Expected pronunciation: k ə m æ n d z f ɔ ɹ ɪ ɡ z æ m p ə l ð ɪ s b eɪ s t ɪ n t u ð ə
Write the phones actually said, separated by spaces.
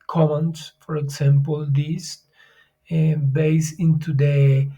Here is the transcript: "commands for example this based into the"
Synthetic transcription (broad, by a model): k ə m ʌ n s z f ɔ ɹ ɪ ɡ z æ m p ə l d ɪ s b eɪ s ɪ n t u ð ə